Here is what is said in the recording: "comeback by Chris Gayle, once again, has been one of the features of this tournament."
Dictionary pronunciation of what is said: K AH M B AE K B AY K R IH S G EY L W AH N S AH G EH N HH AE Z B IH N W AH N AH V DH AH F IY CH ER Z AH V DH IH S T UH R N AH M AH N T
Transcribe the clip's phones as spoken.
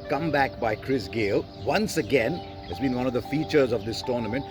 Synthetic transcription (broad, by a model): K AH M B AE K B AY K R IH S G EY L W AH N S AH G EH N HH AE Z B IH N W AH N AH V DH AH F IY CH ER Z AH V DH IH S T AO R N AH M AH N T